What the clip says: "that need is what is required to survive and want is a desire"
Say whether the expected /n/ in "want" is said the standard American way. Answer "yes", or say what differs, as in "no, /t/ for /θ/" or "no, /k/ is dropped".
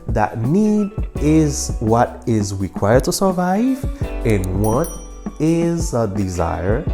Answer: no, /n/ is dropped